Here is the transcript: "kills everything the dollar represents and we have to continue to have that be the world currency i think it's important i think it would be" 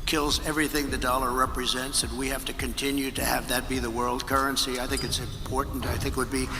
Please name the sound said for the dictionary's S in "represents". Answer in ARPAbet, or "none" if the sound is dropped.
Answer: S